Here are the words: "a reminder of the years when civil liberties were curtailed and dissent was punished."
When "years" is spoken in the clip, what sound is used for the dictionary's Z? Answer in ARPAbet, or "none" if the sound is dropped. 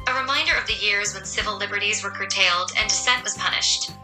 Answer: Z